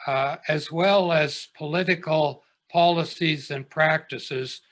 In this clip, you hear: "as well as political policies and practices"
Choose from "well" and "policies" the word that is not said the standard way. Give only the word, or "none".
none